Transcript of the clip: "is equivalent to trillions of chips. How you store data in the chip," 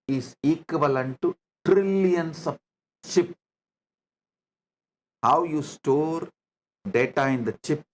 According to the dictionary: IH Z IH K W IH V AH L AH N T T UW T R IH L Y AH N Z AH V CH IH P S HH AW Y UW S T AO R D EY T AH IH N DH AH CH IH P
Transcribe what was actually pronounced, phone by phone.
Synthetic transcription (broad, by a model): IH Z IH K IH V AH L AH N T T UW T R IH L Y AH N S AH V CH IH P HH AW Y UW S T AO R D EY T AH IH N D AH CH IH P